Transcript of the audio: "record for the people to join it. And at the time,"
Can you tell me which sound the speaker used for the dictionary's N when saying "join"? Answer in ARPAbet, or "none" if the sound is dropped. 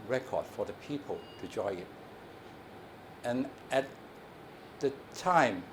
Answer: none